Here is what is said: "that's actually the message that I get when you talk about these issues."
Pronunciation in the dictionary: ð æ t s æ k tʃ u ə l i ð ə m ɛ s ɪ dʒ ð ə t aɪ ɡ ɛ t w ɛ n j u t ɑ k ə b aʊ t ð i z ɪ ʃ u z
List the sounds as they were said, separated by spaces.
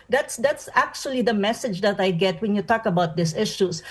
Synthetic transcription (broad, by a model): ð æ t s æ k tʃ u ə l i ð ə m ɛ s ɪ dʒ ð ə t aɪ ɡ ɛ t w ɛ n j u t ɑ k ə b aʊ t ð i s ɪ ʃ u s